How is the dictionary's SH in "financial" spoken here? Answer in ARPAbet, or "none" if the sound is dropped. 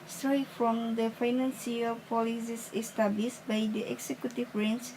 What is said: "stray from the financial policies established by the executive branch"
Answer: S